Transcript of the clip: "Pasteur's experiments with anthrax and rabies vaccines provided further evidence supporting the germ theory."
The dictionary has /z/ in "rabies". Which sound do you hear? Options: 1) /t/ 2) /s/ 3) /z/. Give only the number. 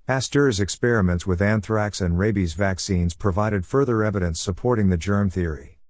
3